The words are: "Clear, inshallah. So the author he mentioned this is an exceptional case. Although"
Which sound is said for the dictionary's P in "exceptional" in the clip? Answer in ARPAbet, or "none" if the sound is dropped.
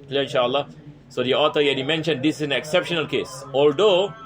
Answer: P